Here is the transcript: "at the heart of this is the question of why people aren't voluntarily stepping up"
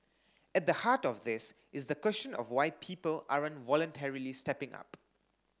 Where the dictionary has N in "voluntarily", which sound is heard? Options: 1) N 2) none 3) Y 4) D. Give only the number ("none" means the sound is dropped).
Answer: 1